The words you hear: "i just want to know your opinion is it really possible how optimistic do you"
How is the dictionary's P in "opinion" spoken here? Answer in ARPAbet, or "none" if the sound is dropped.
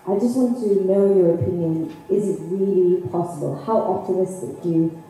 P